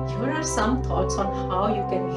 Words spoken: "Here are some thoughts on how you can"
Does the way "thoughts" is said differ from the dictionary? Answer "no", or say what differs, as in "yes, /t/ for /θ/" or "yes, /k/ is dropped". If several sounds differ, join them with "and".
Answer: yes, /t/ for /θ/